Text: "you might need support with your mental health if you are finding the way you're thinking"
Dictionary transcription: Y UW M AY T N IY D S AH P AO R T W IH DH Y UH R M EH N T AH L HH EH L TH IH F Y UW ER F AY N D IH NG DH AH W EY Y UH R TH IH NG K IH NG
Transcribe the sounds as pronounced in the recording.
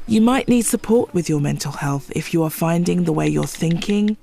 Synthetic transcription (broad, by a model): Y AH M AY T N IY D S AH P AO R T W IH DH Y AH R M EH N T AH L HH EH L TH IH F Y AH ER F AY N D IH NG DH AH W EY Y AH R TH IH NG K IH NG